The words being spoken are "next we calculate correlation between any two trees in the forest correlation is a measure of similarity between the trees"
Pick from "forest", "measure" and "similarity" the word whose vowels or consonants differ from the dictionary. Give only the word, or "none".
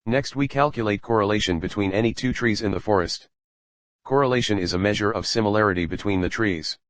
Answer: none